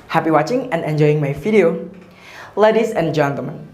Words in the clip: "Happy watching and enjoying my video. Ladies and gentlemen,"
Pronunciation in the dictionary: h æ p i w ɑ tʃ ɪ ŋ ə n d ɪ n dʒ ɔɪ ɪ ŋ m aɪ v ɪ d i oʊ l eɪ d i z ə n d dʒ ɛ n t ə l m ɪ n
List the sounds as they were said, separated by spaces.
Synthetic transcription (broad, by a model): h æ p i w ɑ tʃ ɪ ŋ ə n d ɪ n dʒ ɔɪ ɪ ŋ m aɪ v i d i oʊ l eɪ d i s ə n dʒ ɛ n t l m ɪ n